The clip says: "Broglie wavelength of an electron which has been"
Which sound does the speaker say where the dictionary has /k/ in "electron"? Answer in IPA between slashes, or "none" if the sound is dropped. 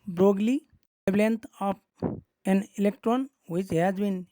/k/